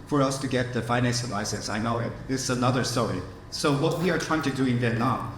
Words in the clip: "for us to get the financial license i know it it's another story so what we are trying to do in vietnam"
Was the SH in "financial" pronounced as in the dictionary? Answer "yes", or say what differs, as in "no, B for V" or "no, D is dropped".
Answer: no, S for SH